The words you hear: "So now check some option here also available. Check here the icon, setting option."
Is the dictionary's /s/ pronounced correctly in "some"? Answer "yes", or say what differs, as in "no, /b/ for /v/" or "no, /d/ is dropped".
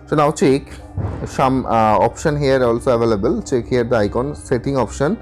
no, /ʃ/ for /s/